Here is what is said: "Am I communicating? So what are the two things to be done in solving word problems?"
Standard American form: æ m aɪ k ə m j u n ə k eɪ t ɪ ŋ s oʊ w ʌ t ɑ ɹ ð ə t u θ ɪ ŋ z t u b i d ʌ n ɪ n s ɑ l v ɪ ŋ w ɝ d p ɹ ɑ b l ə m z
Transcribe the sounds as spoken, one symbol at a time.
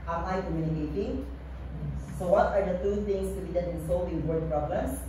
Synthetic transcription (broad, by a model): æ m aɪ k ə m j u n ə k eɪ t ɪ ŋ s oʊ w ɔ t ɑ ɹ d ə t u t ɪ ŋ s t u b i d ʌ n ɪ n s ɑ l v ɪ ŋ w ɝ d p ɹ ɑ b l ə m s